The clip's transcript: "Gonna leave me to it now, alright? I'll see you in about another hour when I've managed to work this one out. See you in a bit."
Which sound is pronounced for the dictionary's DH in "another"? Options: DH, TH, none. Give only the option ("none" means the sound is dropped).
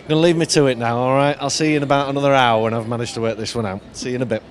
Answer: DH